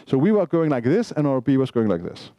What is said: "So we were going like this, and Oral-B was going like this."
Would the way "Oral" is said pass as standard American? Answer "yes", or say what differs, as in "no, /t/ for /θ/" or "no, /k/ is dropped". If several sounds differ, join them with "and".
no, /ɹ/ is dropped